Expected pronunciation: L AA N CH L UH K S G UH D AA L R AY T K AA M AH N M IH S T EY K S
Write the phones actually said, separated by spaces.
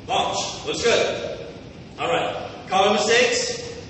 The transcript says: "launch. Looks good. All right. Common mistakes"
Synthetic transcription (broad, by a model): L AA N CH W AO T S G UH D AA L R AY T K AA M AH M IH S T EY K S